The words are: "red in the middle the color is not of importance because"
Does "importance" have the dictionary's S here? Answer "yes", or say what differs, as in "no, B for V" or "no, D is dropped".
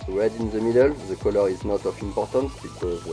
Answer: yes